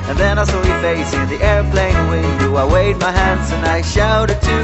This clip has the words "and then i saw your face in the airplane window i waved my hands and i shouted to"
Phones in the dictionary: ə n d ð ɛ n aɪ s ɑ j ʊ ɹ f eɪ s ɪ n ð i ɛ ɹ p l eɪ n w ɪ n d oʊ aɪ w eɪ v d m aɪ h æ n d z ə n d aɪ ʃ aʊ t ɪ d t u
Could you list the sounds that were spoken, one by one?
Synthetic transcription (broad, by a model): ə n ð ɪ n aɪ s ɑ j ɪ f eɪ s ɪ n ð i ɛ ɹ p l eɪ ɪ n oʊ aɪ w eɪ d m aɪ h æ n d z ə n aɪ ʃ aʊ t ɪ d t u